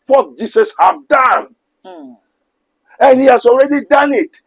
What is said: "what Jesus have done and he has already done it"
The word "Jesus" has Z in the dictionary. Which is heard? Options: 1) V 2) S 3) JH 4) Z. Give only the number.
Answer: 2